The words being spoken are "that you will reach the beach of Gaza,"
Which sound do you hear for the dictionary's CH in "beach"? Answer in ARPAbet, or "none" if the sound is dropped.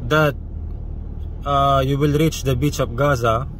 CH